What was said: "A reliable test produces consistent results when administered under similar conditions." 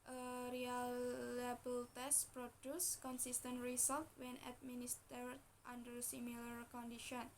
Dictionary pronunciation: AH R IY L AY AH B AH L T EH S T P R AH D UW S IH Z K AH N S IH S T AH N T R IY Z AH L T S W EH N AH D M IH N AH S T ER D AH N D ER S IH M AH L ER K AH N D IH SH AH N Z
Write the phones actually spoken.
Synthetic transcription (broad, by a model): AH R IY L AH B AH L T EH S T P R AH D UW S K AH N S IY S T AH N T R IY S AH L T W EH N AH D M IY N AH S T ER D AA N D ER S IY M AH L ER K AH N D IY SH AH N